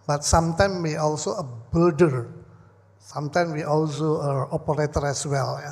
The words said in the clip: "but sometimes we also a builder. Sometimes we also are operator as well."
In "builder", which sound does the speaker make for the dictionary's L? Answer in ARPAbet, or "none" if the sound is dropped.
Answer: none